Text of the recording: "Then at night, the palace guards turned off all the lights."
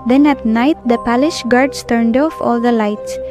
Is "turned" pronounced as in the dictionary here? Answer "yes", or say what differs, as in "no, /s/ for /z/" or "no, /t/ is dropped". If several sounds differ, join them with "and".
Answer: yes